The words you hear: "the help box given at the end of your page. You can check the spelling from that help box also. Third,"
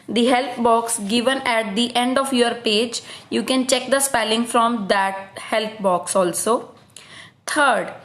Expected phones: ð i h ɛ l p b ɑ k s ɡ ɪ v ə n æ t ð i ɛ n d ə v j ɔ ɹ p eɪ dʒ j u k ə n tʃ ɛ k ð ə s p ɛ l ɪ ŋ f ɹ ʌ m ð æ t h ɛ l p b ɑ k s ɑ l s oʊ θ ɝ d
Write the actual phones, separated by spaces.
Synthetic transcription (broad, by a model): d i h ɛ l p b ɑ k s ɡ ɪ v ə n æ t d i ɛ n d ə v j ɔ ɹ p eɪ dʒ j u k ə n tʃ ɛ k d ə s p ɛ l ɪ ŋ f ɹ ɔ m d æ t h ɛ l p b ɑ k s ɑ l s oʊ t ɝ d